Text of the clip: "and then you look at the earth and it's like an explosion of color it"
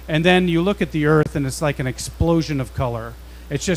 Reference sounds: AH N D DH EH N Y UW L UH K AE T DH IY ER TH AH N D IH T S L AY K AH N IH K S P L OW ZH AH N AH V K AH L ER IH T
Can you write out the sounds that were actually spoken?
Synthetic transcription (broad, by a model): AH N DH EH N Y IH L UH K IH T DH IY ER TH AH N IH T S L AY K AH N IH K S P L OW ZH AH N AH V K AH L ER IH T